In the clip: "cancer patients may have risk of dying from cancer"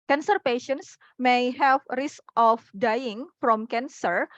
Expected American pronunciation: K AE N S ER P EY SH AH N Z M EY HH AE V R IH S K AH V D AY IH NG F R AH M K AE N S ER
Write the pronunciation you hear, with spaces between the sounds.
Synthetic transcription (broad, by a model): K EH N S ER P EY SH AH N S M EY HH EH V R IH S K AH F D AY IH NG F R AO M K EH N S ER